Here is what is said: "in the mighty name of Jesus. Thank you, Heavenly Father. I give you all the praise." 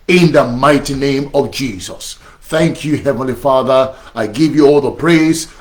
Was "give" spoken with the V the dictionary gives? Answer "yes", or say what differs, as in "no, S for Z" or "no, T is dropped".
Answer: yes